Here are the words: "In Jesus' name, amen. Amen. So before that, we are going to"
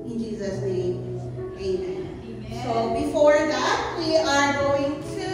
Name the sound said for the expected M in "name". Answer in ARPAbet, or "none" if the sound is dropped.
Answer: none